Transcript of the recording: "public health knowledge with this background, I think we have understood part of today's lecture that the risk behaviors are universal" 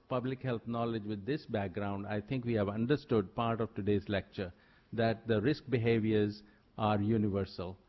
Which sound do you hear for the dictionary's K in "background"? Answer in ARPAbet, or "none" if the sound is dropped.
K